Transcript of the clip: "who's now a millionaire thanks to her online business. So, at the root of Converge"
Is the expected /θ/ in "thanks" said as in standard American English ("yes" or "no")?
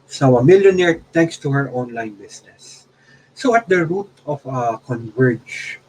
no